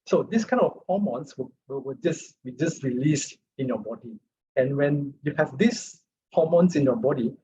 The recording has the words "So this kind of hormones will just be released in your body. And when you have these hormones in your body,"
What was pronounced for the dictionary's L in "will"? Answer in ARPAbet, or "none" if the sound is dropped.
W